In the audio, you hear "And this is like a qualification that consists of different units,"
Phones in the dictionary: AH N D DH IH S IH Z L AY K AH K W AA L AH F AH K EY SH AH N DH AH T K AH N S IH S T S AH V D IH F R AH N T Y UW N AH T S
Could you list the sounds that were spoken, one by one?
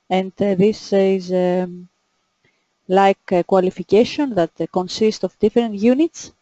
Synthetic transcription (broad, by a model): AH N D DH IH S IH Z L AY K K W AA L AH F AH K EY SH AH N DH AH T K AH N S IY S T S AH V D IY F R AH N T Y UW N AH T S